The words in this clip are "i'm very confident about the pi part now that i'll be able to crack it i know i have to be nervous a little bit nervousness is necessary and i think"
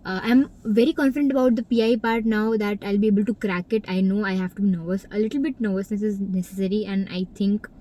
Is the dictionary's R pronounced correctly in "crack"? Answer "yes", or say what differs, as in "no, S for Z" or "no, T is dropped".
yes